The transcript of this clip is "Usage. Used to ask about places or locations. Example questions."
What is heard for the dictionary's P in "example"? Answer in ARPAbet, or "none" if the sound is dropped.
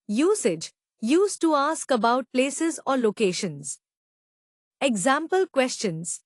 P